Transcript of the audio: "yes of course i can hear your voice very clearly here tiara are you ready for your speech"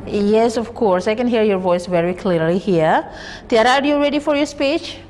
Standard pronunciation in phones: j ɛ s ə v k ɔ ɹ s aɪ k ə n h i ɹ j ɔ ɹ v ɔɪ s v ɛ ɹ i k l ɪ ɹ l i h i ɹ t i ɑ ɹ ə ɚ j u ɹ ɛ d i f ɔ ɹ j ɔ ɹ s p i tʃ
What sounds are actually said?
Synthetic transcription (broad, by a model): j ɛ s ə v k ɔ ɹ s aɪ k ə n h i ɹ j ɔ ɹ v ɔɪ s v ɛ ɹ i k l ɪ ɹ l i h i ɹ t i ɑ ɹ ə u j u ɹ ɛ d i f ɔ ɹ j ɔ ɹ s p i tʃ